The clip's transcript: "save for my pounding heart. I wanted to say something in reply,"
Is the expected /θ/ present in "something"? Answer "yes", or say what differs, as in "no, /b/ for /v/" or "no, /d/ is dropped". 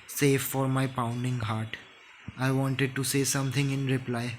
no, /t/ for /θ/